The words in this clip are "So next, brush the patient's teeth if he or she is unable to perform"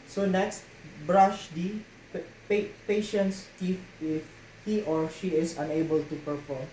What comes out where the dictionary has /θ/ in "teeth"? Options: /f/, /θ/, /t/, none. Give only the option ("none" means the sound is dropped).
/f/